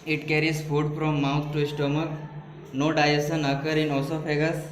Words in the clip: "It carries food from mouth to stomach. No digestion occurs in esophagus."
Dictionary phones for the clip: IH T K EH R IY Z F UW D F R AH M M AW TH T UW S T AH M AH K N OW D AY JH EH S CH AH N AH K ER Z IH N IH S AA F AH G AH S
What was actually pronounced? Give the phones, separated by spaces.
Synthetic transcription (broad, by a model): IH T K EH R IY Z F UW D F R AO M M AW T T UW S T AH M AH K N OW D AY EH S AH N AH K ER IH N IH S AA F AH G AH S